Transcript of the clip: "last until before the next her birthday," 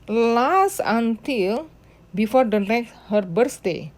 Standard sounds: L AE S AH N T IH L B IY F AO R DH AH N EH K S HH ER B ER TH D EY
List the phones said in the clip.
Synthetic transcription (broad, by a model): L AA S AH N T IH L B IY F AO R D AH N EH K HH ER B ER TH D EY